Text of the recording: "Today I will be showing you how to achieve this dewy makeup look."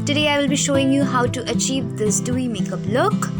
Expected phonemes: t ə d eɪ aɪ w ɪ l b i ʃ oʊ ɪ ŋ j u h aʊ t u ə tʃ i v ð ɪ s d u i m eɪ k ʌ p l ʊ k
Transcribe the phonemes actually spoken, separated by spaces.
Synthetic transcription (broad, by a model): t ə d eɪ aɪ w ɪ l b i ʃ oʊ ɪ ŋ j u h aʊ t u ə tʃ i v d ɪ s d u i m eɪ k ʌ p l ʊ k